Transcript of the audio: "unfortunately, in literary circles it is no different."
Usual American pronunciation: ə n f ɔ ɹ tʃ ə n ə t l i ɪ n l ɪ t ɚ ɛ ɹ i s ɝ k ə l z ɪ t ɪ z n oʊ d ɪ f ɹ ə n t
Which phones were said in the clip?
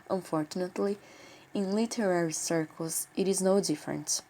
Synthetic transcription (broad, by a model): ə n f ɔ ɹ tʃ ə n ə t l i ɪ n l ɪ t ɚ ɛ ɹ i s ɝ k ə l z ɪ t ɪ z n oʊ d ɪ f ɹ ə n t